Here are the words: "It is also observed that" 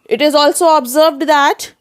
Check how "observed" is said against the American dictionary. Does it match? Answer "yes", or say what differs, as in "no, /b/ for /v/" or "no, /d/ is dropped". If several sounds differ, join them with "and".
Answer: yes